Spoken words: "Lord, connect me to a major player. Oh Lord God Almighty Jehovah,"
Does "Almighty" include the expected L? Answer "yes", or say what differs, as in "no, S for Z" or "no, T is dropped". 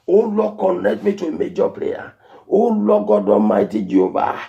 no, L is dropped